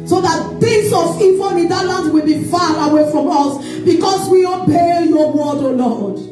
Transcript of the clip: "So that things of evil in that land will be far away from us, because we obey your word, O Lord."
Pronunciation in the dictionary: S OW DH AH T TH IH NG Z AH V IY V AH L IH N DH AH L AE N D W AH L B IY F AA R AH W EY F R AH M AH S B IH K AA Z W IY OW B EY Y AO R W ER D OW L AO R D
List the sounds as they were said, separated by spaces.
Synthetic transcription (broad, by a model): S OW DH AH T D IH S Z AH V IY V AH N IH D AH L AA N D W AH L B IY F AA R AH W EY F R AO M AH S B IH K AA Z W IY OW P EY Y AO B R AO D OW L AO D